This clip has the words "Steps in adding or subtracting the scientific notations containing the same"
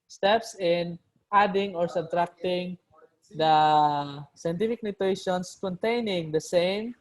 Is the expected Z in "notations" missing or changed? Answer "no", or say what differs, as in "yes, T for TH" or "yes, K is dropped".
yes, S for Z